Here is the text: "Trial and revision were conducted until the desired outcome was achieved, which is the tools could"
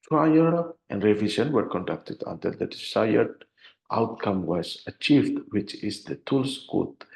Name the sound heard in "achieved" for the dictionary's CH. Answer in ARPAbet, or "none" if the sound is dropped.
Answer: CH